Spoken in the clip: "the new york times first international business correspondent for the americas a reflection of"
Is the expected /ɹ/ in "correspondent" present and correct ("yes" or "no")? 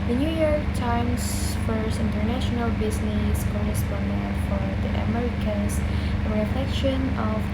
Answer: no